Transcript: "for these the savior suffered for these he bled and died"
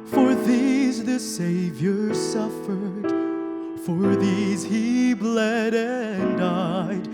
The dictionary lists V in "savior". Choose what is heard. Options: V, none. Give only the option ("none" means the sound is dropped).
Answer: V